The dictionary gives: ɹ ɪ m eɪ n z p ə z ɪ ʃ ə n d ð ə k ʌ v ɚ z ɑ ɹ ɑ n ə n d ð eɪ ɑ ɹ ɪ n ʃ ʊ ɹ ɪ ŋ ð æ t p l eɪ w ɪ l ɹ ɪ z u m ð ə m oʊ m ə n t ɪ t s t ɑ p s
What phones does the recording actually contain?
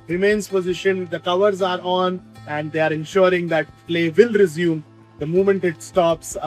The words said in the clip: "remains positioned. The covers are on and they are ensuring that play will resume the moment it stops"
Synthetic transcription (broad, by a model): ɹ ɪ m eɪ n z p ə z ɪ ʃ ə n d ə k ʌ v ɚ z ɑ ɹ ɑ n ə n d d eɪ ɑ ɹ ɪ n ʃ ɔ ɹ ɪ ŋ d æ t p l eɪ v ɪ l ɹ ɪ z u m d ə m oʊ m ə n t ɪ t s t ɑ p s